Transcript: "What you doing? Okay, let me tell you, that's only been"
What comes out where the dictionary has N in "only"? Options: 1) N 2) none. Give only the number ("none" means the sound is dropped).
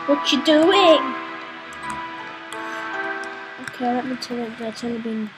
2